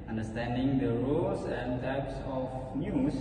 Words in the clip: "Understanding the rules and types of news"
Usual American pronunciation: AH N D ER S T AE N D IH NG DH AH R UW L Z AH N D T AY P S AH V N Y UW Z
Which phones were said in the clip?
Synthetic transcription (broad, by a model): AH N D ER S T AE N D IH NG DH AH R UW L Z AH N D T AY P S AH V N Y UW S